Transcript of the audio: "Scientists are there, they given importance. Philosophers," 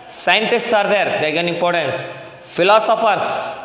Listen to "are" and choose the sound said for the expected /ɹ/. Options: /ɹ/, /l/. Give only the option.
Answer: /ɹ/